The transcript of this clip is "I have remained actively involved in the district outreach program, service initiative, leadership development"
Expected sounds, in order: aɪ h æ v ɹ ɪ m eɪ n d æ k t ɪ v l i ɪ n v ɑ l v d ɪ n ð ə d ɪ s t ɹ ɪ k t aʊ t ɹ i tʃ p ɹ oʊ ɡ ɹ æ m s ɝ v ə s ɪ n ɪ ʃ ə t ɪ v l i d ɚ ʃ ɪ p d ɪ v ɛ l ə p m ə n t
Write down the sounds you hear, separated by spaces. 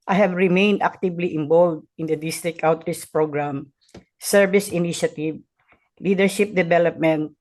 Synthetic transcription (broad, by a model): aɪ h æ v ɹ ɪ m eɪ n d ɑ k t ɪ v l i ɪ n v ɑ l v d ɪ n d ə d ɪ s t ɹ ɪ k aʊ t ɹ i s p ɹ oʊ ɡ ɹ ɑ m s ɝ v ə s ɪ n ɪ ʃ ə t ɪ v l i d ɚ ʃ ɪ p d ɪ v ɛ l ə p m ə n t